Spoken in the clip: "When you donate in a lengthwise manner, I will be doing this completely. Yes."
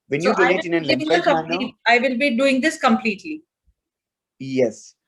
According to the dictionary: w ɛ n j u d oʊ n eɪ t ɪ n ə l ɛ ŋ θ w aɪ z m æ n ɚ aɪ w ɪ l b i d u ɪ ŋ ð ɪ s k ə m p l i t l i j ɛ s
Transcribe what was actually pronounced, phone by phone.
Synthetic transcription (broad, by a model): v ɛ n j u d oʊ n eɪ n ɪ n ə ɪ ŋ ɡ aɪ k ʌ l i aɪ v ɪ l b i d u ɪ ŋ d ɪ s k ə m p l i t l i j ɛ s